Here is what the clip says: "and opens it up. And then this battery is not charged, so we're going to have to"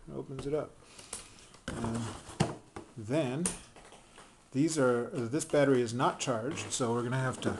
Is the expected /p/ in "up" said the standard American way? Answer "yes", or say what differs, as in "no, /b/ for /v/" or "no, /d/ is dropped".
yes